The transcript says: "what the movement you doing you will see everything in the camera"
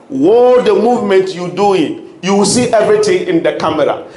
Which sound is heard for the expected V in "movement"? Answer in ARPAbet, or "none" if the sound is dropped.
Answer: V